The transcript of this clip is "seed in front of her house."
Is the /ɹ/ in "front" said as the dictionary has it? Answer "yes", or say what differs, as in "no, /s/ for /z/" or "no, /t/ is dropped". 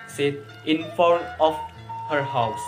no, /ɹ/ is dropped